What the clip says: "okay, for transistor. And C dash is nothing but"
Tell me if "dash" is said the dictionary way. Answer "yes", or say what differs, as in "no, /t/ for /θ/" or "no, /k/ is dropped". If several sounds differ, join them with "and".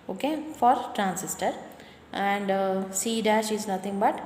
yes